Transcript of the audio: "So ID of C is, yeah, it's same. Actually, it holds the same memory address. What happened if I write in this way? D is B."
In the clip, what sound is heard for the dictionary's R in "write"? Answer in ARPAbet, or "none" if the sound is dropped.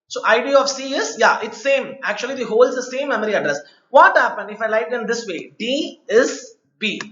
L